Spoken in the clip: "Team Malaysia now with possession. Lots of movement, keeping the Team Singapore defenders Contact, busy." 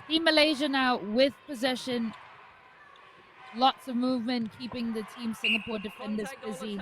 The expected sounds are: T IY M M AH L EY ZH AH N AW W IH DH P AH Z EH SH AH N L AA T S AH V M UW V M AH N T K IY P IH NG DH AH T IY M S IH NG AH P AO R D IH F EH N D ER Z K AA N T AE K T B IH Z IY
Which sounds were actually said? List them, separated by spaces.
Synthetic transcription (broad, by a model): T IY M M AH L EY ZH AH N AW W IH DH P AH Z EH SH AH N L AA T S AH V M UW V M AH N K IY P IH NG DH AH T IY M S IH NG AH P AO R D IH F EH N D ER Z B IH Z IY